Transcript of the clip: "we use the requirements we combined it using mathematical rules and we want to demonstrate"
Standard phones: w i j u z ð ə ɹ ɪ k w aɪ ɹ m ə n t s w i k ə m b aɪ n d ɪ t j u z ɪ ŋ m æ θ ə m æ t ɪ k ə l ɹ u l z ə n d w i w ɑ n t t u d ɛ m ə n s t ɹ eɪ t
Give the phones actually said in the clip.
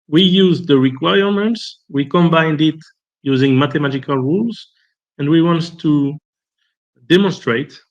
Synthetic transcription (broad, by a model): w i j u z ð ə ɹ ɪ k w aɪ ɹ m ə n t s w i k ə m b aɪ n d ɪ t j u z ɪ ŋ m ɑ t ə m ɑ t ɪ k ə l ɹ u l z ə n d w i w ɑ n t t u d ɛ m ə n s t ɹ eɪ t